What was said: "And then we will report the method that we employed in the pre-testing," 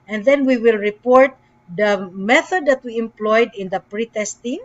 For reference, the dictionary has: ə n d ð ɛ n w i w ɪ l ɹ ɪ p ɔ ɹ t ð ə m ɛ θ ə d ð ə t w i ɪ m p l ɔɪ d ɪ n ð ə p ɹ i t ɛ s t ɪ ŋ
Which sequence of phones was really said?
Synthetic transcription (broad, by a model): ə n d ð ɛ n w i w ɪ l ɹ ɪ p ɔ ɹ t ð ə m ɛ θ ə d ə t w i ɪ m p l ɔɪ d ɪ n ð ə p ɹ i t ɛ s t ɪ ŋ